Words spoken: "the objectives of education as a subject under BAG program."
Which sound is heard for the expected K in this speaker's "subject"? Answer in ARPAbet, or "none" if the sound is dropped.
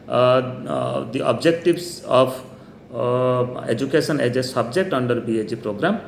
K